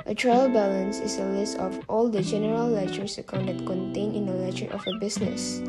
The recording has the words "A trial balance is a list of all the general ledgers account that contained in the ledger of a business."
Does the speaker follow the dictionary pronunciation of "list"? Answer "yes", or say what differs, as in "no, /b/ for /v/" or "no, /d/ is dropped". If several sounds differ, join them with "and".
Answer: yes